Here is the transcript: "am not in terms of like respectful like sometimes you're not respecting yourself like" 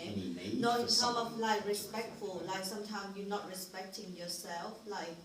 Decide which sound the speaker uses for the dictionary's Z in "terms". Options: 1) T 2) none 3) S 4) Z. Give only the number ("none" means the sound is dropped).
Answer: 2